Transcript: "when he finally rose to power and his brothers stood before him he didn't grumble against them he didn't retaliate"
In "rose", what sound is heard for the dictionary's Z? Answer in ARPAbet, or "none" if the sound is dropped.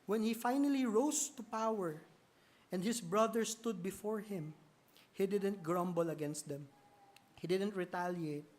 S